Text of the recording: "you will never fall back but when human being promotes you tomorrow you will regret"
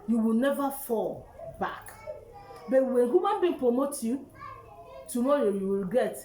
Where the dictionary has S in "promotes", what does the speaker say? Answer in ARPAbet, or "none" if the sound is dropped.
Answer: none